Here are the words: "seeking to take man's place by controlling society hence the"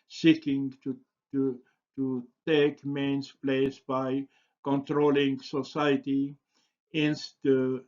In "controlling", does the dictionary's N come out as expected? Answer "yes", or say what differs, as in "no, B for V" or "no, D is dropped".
yes